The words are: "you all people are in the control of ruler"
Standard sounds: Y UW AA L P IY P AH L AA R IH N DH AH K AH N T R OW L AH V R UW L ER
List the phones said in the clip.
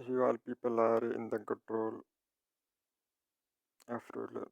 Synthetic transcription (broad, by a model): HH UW AA L P IY P AH L AA R IH N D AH K AH N T R OW L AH F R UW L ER